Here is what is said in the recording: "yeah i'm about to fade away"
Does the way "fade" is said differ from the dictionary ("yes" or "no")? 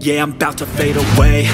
no